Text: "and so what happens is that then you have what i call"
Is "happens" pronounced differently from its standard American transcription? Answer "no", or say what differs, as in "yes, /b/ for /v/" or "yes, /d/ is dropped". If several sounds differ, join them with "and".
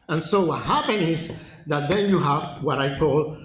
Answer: yes, /z/ is dropped